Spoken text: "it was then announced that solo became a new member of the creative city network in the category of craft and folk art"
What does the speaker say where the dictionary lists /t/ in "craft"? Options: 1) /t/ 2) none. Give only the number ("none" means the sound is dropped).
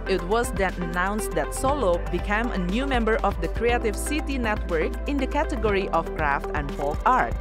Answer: 1